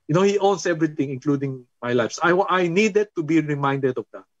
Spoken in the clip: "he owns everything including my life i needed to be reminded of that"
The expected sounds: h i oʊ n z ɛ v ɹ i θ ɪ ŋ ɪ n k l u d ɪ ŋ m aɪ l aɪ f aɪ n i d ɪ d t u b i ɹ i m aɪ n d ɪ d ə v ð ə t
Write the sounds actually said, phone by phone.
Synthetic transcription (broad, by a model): h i oʊ n s ɛ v ɹ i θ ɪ ŋ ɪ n k l u d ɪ ŋ m aɪ l aɪ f aɪ n i d ɪ d t u b i ɹ i m aɪ n d ɪ d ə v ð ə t